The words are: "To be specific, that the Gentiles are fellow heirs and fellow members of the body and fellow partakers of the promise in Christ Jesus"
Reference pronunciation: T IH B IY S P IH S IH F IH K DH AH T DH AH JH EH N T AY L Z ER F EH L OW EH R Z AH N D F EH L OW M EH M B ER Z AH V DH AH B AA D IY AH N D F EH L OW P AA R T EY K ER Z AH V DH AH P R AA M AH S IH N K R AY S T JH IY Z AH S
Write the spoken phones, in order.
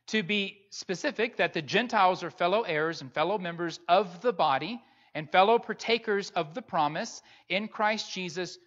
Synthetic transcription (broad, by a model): T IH B IY S P IH S IH F IH K DH AH T DH AH JH EH N T AY L Z ER F EH L OW EH R Z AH N F EH L OW M EH M B ER Z AH V DH AH B AA D IY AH N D F EH L OW P AA R T EY K ER Z AH V DH AH P R AA M AH S IH N K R AY S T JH IY Z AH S